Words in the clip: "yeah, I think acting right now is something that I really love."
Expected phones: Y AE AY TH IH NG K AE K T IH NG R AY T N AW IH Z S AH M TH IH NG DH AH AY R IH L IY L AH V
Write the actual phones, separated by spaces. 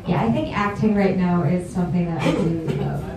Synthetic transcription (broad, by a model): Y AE AY TH IH NG K AE K T IH NG R AY T N AW IH Z S AH M TH IH NG DH AH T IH IY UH